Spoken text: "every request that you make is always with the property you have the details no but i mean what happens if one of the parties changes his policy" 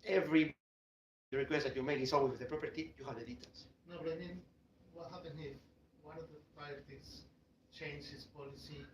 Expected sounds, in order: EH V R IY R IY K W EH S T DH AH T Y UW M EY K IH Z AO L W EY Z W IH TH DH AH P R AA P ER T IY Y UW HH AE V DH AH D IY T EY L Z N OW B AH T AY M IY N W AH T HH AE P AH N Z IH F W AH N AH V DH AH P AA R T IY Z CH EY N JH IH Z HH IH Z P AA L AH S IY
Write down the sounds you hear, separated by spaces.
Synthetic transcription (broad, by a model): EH V R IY R IY K W EH S T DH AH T Y UW M EY K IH S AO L W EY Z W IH DH AH P R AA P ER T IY Y UW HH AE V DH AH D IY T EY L S N OW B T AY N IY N W AH T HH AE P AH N IH W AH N AH V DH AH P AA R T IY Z CH EY N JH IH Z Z P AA L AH S IY